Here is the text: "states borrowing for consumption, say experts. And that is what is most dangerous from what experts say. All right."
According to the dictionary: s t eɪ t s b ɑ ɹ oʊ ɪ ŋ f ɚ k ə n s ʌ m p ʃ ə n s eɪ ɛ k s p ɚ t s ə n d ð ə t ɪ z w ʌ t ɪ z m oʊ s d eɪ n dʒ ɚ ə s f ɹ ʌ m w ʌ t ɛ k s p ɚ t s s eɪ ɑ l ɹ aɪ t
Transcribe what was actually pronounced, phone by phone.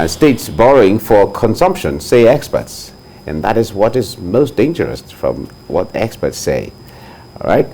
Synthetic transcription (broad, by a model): s t eɪ t s b ɑ ɹ oʊ ɪ ŋ f ɚ k ə n s ʌ m p ʃ ə n s eɪ ɛ k s p ɚ t s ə n ð ə t ɪ z w ʌ t ɪ z m oʊ s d eɪ n dʒ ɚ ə s f ɹ ʌ m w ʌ t ɛ k s p ɚ t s s eɪ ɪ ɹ aɪ t